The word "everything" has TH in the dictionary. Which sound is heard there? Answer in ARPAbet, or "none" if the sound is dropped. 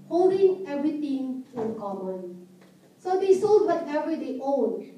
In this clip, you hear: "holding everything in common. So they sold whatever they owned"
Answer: T